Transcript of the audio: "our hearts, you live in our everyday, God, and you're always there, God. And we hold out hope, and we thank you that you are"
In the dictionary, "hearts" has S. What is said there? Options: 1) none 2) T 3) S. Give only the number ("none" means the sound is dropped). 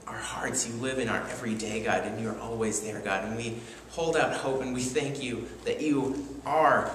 3